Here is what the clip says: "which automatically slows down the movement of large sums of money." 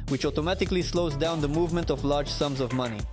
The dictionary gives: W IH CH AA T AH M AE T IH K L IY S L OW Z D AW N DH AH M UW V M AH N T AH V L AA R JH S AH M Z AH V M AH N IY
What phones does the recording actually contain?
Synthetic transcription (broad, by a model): W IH CH AA T AH M AE T IH K L IY S L OW Z D AW N DH AH M UW V M AH N T AH V L AA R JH S AH M Z AH V M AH N IY